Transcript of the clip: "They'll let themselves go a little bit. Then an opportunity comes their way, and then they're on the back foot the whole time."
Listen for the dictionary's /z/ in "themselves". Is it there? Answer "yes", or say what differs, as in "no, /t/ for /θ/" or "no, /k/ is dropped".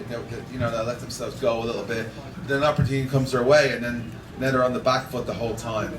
yes